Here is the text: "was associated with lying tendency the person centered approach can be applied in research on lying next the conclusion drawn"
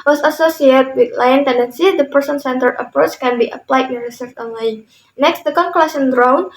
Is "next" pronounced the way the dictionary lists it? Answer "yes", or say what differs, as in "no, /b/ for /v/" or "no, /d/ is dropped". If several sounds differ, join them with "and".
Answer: yes